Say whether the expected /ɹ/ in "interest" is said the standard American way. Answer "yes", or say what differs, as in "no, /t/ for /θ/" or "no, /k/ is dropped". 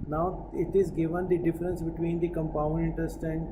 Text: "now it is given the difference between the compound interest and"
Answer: no, /ɹ/ is dropped